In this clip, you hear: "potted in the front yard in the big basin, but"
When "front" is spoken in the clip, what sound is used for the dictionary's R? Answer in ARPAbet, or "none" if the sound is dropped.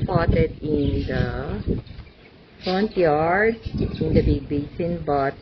R